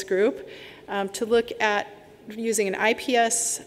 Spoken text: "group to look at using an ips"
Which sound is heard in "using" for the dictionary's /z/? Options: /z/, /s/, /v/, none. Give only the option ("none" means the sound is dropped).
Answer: /z/